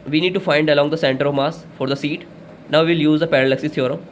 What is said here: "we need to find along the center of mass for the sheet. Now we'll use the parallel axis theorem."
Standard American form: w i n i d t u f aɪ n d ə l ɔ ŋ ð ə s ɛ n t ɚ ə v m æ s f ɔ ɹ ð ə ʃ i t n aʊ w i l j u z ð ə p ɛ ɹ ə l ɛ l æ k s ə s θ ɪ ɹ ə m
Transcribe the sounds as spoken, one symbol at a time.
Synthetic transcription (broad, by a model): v i n i d t u f aɪ n d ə l ɔ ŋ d ə s ɛ n t ɚ ə v m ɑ s f ɔ ɹ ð ə s i t n aʊ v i l j u z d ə p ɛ ɹ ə l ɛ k s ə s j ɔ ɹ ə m